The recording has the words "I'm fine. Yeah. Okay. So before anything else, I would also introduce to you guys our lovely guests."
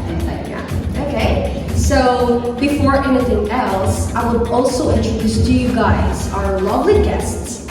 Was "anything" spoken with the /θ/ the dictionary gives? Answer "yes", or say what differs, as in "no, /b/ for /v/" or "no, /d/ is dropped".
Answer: yes